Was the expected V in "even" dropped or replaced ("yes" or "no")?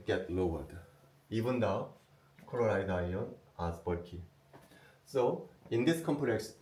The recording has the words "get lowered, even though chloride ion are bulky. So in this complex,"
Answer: yes